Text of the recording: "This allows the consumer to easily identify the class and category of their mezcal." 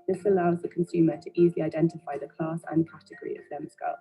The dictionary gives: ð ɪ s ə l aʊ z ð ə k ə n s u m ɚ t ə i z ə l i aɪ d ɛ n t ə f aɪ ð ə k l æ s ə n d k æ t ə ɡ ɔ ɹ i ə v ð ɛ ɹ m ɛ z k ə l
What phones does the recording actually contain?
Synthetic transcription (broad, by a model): ð ɪ s ə l aʊ z ð ə k ə n s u m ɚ t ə i z ə l i aɪ d ɛ n t ə f aɪ ð ə k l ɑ s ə n k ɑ t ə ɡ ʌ ɹ i ə v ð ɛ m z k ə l